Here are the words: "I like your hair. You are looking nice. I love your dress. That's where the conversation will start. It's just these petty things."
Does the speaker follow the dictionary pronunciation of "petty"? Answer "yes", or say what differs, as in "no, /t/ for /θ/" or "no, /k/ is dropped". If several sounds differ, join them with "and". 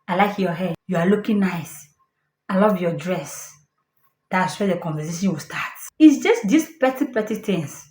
yes